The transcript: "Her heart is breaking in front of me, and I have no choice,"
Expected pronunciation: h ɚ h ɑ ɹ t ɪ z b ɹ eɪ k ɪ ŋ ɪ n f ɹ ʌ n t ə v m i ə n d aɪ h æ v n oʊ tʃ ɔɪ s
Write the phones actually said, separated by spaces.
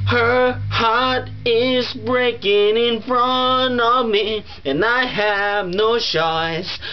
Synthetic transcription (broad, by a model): h ɚ h ɑ ɹ t ɪ z b ɹ eɪ k ɪ ŋ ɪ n f ɹ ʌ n ə v m i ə n aɪ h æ v n oʊ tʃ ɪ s